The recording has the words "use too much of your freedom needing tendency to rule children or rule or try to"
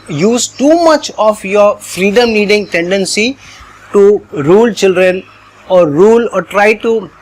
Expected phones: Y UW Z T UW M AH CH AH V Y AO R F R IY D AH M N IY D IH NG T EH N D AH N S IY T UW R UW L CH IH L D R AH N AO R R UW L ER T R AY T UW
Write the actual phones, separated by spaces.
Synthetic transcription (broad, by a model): Y UW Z T UW M AH CH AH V Y AO R F R IY D AH M L IY D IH NG T EH N D AH N S IY T UW R UW L CH IH L D R AH N AO R R UW L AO T R AY T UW